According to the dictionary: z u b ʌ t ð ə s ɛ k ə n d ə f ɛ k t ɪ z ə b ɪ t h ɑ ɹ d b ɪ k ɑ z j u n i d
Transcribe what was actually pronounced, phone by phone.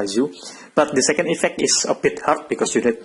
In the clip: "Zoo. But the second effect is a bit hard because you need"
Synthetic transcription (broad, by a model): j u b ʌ t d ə s ɛ k ə n d ə f ɛ k t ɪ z ə b ɪ t h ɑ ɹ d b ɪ k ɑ s j u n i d